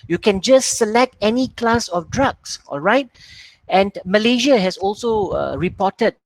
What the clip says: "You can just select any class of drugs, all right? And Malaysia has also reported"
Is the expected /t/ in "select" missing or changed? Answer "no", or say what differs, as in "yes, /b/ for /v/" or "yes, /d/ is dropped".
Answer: no